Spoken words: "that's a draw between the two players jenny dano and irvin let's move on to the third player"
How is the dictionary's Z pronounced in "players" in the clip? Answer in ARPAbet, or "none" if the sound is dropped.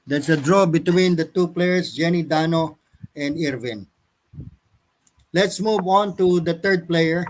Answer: S